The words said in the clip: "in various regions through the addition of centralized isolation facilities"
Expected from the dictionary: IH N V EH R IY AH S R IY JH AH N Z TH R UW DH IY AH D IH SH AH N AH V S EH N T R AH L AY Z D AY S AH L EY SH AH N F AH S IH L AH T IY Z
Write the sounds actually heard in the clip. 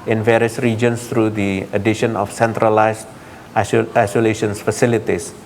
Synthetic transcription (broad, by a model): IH N V EH R IY AH S R IY JH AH N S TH R UW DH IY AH D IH SH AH N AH F S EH N T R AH L AY S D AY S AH L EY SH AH N F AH S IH L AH T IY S